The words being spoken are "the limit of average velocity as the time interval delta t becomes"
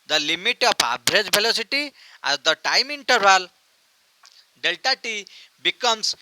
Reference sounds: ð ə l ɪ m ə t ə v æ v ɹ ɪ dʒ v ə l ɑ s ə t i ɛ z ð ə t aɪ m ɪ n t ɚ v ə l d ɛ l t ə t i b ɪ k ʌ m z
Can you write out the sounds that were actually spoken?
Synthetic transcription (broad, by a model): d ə l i m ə t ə p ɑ b ɹ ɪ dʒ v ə l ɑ s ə t i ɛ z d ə t aɪ m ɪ n t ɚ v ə l d ɛ l t ə t i b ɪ k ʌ m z